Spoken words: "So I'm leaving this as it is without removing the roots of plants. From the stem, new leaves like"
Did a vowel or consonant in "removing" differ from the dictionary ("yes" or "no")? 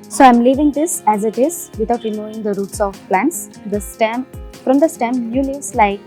yes